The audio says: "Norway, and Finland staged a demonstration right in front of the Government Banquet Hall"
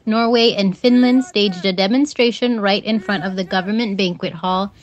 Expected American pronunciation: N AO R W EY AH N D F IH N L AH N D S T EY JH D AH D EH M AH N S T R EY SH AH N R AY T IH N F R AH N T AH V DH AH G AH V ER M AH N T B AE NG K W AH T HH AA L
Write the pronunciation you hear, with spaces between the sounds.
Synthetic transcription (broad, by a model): N AO R W EY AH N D F IH N L AH N D S T EY JH D AH D EH M AH N S T R EY SH AH N R AY T IH N F R AH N T AH V DH AH G AH V ER M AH N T B AE NG K W AH T HH AA L